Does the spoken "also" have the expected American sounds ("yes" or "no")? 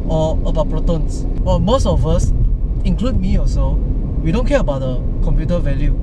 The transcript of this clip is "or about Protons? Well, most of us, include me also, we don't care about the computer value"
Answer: no